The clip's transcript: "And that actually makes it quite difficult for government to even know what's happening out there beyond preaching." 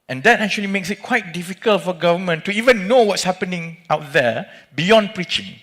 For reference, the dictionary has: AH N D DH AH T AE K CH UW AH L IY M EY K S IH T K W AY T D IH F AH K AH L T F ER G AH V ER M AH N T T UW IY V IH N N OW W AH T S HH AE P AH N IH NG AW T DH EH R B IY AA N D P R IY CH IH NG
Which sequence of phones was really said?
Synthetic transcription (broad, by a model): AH N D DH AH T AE K CH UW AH L IY M EY K S IH T K W AY T D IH F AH K AH L T F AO G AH V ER M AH N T T UW IY V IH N N OW W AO T S HH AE P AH N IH NG AW T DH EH B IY AA N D P R IY CH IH NG